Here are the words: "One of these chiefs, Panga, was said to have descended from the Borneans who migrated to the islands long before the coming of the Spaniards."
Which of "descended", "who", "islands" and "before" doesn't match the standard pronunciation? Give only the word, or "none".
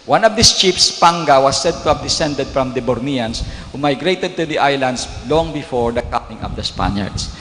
islands